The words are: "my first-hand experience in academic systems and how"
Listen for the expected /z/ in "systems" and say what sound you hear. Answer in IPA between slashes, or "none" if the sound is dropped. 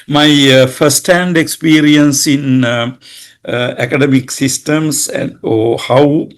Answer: /s/